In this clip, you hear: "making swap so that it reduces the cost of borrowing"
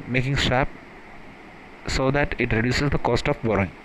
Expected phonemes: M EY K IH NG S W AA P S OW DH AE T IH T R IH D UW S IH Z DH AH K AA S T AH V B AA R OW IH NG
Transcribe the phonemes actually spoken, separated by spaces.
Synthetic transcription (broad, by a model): M EY K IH NG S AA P S OW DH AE T IH T R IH D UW S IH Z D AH K AA S T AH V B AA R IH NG